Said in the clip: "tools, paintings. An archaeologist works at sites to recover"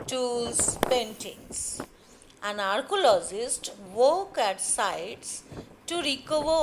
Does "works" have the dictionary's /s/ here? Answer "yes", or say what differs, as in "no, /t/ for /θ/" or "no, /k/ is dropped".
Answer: no, /s/ is dropped